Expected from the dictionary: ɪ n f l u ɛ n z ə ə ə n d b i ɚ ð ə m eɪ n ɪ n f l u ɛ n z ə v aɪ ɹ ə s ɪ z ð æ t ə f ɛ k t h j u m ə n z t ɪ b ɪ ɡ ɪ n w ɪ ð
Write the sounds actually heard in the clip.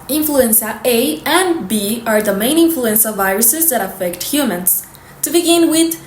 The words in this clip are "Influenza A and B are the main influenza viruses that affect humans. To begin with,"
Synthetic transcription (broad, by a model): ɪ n f l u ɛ n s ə ə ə n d b i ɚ ð ə m eɪ n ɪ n f l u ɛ n s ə v aɪ ɹ ə s ɪ z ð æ t ə f ɛ k t h j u m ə n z t ɪ b ɪ ɡ ɪ n w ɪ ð